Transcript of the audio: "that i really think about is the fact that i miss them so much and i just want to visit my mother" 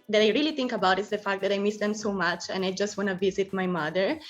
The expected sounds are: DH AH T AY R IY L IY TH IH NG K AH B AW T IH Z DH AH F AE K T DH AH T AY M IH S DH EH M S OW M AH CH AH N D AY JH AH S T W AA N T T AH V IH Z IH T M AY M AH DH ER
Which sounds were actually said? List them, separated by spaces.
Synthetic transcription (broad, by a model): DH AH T AY R IY L IY T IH NG K AH B AW T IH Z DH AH F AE K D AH T AY M IH S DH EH M S OW M AH CH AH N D AY JH AH S T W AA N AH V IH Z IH T M AY M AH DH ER